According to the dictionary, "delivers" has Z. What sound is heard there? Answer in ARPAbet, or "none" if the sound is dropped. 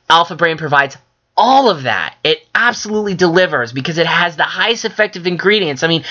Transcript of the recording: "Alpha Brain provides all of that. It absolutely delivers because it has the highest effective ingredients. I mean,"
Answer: Z